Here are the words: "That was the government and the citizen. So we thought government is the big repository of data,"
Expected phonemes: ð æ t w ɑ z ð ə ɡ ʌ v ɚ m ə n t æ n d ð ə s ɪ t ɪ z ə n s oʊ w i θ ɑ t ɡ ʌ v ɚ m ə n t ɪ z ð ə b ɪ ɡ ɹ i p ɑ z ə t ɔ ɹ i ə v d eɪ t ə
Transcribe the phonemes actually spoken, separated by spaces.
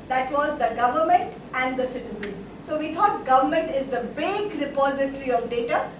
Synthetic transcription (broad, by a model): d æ t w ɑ z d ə ɡ ʌ v ɚ m ə n t æ n d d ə s ɪ t ɪ z ə n s oʊ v i t ɑ t ɡ ʌ v ɚ m ə n t ɪ z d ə b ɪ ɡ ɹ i p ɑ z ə t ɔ ɹ i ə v d eɪ t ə